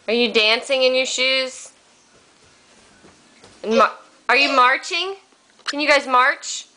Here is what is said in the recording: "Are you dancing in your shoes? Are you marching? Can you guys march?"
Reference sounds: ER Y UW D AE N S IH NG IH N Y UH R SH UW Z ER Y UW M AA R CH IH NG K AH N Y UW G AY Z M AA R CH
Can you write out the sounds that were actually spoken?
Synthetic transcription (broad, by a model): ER Y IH D AE N S IH NG IH N Y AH R SH UW Z ER Y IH M AA R CH IH NG K AH N Y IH G AY Z M AA R CH